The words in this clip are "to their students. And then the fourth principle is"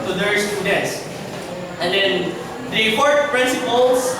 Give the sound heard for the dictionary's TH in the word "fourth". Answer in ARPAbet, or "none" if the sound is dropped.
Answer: T